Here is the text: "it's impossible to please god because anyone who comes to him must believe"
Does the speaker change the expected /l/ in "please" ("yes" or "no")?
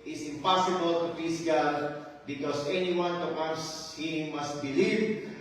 yes